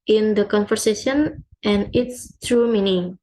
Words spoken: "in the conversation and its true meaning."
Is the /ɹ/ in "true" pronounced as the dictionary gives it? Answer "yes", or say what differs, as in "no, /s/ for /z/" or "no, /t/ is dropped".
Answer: yes